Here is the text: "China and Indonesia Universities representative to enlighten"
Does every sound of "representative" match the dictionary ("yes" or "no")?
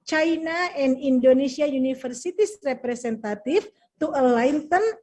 no